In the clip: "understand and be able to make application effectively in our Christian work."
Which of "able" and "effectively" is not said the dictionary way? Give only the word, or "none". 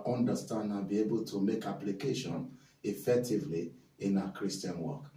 none